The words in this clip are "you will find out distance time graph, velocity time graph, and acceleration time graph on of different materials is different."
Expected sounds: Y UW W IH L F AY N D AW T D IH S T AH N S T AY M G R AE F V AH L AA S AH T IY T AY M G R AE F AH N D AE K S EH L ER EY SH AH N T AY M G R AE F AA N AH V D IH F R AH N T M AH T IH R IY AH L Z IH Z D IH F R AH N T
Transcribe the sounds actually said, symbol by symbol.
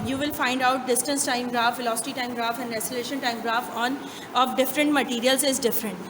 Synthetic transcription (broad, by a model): Y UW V IH L F AY N D AW T D IH S T AH N S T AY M G R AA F F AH L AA S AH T IY T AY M G R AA F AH N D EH S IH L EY SH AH N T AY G R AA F AA N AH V D IH F R AH N T M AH T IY R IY AH L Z IH Z D IH F R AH N T